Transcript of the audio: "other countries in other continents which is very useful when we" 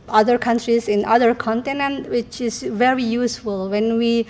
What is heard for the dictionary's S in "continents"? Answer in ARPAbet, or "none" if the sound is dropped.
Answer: none